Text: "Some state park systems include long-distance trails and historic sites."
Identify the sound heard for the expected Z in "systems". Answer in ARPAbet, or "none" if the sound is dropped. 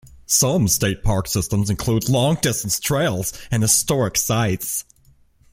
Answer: Z